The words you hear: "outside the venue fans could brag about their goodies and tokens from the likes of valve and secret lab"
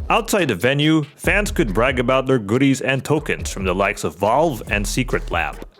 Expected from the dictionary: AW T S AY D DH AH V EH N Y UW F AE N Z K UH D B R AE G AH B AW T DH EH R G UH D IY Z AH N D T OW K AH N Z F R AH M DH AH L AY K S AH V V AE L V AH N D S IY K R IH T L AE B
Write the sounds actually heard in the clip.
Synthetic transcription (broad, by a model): AW T S AY D DH AH V EH N Y UW F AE N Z K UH D B R AE G AH B AW T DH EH R G UH D IY Z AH N T OW K AH N Z F R AH M DH AH L AY K S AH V V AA L V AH N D S IY K R IH T L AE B